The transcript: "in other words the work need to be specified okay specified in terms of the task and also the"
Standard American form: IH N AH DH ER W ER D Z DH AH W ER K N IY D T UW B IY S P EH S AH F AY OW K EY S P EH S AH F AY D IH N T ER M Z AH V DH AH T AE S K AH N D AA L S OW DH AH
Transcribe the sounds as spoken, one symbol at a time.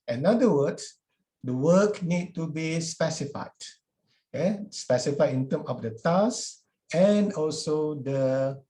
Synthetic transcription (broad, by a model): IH N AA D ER W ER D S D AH W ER K N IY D T UW B IY S P EH S AH F AY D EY S P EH S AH F AY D IH N T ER M AH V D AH T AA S AH N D AA L S OW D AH